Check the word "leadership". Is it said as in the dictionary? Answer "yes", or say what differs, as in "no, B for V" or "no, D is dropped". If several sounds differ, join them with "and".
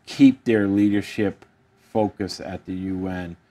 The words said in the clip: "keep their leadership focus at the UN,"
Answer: yes